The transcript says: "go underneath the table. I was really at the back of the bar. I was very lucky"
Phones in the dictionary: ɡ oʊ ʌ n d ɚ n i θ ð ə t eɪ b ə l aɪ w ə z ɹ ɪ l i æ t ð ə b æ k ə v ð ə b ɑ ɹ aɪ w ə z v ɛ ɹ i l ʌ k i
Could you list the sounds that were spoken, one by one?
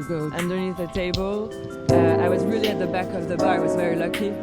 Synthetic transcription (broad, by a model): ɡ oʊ ʌ n d ɚ n i θ ð ə t eɪ b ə l aɪ w ə z ɹ ɪ l i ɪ t ð ə b æ k ə v ð ə b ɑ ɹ w ə z v ɛ ɹ i l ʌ k i